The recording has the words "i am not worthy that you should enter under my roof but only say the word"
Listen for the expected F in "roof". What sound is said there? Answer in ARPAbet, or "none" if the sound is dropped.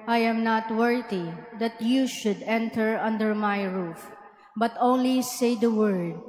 F